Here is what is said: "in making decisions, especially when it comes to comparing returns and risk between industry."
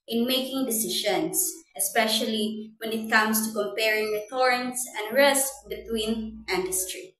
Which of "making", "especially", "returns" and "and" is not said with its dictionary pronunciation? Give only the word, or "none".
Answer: returns